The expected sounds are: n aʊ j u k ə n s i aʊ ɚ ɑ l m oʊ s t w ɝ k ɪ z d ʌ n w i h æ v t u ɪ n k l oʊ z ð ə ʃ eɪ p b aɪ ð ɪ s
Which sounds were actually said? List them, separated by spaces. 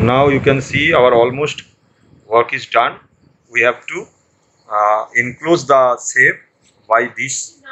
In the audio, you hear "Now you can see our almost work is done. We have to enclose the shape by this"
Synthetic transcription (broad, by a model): n aʊ j u k ə n s i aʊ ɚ ɑ l m oʊ s t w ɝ k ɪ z d ʌ n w i h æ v t u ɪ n k l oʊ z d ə s eɪ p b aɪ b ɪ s